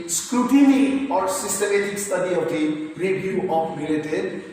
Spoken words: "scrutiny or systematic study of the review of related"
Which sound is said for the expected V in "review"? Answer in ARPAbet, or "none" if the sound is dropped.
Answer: B